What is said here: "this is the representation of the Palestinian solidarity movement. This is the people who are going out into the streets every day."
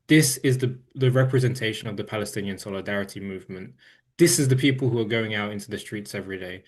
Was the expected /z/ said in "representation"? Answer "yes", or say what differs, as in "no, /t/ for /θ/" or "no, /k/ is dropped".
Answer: yes